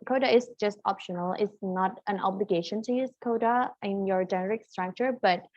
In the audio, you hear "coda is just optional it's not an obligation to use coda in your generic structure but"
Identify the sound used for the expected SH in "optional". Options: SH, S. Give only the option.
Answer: SH